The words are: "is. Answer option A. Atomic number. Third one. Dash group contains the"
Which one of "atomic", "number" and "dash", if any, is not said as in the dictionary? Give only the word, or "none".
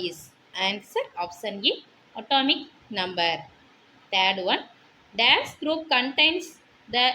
dash